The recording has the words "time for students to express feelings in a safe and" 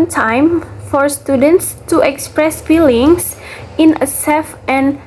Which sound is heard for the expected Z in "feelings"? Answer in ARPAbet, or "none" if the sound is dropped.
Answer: S